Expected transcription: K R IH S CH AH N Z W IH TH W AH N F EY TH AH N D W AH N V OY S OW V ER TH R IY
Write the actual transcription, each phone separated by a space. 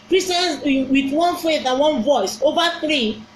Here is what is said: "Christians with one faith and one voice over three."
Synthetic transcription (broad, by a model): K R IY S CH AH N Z W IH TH W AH N F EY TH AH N W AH N V OY S OW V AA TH R IY